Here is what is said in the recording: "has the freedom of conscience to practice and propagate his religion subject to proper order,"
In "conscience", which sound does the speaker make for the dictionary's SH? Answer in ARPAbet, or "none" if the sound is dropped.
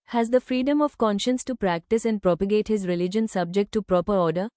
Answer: SH